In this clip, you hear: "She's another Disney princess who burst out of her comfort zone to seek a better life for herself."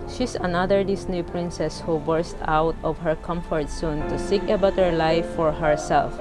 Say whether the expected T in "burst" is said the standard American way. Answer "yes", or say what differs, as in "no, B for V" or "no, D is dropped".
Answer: yes